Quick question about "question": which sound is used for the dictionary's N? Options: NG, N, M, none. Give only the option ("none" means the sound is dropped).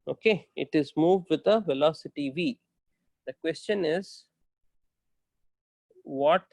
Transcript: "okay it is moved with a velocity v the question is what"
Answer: N